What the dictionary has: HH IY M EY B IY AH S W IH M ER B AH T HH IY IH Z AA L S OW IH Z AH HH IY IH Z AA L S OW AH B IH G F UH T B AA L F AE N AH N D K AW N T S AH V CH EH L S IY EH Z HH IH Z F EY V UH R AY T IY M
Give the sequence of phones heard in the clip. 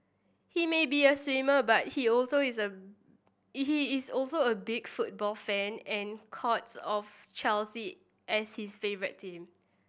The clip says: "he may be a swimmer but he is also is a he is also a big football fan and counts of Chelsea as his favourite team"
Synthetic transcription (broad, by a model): HH IY M EY B IY AH S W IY M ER B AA T HH IY AA L S OW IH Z AH HH IY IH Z AA L S OW AH B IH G F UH T B AA L F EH N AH N K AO T S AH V CH EH L S IY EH S HH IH S F EY V R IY T IY M